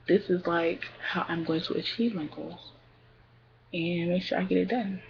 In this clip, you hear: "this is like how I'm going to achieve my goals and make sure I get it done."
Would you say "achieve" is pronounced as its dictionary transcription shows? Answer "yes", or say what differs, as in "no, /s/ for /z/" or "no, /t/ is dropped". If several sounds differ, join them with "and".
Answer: yes